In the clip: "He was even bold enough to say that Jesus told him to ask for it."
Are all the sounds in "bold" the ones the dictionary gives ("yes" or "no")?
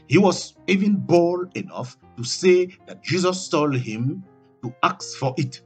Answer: no